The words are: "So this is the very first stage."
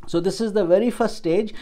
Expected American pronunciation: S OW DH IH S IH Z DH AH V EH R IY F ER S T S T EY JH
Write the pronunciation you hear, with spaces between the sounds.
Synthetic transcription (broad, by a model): S OW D IH S IH Z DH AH V EH R IY F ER T S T EY JH